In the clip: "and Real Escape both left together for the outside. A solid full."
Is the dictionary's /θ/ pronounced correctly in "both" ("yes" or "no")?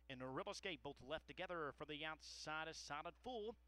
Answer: yes